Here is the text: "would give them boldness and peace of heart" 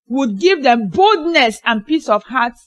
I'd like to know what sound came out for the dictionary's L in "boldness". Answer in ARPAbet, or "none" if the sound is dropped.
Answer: L